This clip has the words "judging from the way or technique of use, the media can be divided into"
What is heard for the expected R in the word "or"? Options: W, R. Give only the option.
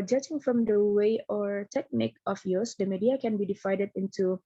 R